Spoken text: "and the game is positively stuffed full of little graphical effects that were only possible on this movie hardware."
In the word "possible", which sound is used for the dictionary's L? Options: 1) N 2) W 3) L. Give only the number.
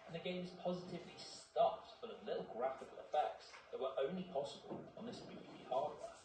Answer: 3